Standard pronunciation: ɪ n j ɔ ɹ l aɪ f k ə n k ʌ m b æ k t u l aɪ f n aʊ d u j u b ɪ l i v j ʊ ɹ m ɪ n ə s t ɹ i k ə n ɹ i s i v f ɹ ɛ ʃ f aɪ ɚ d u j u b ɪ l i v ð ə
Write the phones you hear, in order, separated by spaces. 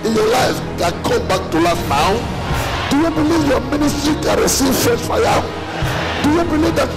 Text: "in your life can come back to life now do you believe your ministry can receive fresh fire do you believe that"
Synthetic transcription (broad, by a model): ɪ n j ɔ l aɪ f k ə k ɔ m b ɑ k t u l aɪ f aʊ d u j u b ɪ l i v j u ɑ m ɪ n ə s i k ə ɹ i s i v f ɛ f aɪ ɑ d u j u b ɪ l i v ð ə